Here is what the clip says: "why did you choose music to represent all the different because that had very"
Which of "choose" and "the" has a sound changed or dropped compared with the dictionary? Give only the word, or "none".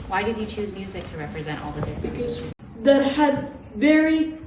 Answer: none